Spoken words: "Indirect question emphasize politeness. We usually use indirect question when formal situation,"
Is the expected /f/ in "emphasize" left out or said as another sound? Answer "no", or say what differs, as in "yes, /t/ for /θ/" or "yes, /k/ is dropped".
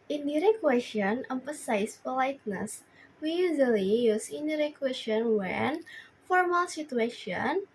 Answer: yes, /p/ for /f/